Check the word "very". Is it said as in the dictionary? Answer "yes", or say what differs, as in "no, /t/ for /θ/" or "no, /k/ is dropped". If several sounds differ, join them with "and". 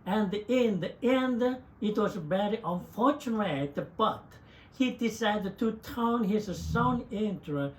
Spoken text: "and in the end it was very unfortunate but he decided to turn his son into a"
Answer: no, /b/ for /v/